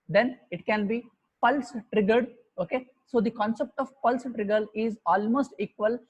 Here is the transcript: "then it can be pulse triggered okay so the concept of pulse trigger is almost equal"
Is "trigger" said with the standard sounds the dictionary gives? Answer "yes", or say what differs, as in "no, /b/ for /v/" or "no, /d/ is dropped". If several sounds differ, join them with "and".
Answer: yes